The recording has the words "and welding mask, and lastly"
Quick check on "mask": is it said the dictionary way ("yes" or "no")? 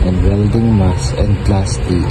no